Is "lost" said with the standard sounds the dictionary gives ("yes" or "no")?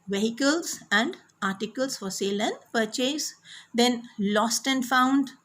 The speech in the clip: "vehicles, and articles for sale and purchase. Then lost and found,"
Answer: yes